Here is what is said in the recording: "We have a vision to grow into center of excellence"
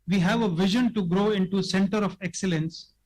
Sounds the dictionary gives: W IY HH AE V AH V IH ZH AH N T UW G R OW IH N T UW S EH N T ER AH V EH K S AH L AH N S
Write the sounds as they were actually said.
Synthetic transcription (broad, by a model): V IY HH AE V AH V IH ZH AH N T UW G R OW IH N T UW S EH N T ER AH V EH K S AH L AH N S